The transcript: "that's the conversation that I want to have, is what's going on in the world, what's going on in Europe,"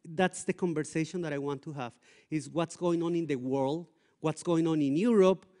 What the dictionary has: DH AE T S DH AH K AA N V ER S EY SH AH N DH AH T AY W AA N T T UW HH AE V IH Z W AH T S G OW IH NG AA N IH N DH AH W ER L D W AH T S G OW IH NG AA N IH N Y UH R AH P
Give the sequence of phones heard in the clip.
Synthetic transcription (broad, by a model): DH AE T S DH AH K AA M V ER S EY SH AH N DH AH T AY W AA N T T UW HH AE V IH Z W AH T S G OW IH NG AA N IH N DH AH W ER L D W AH T S G OW IH NG AA N IH N Y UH R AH P